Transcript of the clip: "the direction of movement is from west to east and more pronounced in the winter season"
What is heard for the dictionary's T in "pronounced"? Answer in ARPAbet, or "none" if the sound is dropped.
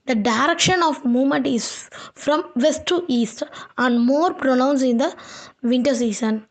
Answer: none